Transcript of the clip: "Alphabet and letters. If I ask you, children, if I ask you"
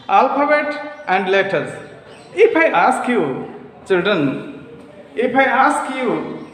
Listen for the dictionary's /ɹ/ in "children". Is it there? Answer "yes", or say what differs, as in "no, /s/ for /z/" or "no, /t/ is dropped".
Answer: no, /ɹ/ is dropped